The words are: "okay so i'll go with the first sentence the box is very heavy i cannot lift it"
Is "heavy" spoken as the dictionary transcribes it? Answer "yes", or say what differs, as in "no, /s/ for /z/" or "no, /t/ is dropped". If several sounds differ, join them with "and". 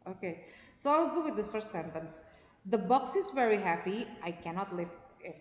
no, /p/ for /v/